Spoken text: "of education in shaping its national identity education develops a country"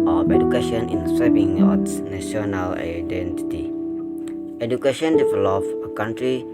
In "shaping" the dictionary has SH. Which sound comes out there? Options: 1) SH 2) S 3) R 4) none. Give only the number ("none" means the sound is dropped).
2